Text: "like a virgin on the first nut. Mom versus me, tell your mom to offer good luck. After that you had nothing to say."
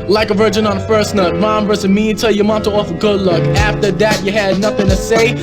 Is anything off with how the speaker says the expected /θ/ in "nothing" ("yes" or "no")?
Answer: no